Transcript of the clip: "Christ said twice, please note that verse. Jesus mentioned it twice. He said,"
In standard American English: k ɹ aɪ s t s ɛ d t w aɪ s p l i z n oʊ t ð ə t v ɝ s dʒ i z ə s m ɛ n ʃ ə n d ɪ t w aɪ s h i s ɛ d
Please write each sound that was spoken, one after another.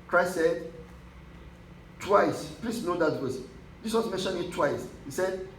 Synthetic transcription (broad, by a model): k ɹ aɪ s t s ɛ d t w aɪ s p l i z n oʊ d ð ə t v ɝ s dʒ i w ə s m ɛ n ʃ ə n ɪ t w aɪ s h i s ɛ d